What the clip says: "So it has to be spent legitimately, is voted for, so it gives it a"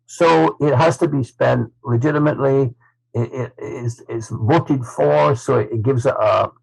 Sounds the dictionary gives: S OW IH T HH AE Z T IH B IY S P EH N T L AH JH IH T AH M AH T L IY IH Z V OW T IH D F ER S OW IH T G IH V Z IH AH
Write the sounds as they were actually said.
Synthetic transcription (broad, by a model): S OW IH T HH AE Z T IH B IY S P EH N T L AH JH IH T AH M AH T L IY IH S V OW T IH D F ER S OW IH T G IH V Z IH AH